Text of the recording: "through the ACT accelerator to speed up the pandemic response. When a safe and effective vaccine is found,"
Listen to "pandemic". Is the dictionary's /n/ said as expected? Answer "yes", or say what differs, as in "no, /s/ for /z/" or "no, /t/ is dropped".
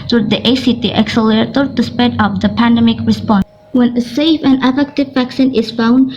yes